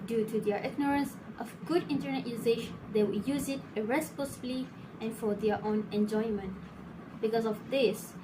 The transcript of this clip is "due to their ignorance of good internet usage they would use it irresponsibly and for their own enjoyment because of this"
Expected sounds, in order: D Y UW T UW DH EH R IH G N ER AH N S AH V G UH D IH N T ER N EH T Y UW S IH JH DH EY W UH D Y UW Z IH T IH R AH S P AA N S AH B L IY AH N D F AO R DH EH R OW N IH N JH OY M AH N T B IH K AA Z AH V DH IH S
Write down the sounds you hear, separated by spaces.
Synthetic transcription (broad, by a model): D Y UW T UW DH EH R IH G N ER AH N S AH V G UH D IH N T ER N EH T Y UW SH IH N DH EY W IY Y UW Z IH T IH R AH S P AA S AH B L IY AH N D F AO R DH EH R OW N IH N JH OY M AH N T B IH K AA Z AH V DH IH S